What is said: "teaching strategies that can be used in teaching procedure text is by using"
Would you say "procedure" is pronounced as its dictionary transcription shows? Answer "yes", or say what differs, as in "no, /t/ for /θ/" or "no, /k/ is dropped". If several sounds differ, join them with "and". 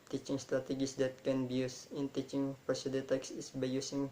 no, /ɹ/ is dropped